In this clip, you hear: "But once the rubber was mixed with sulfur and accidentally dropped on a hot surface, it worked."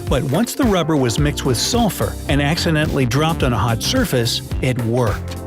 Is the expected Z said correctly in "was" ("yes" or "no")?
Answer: yes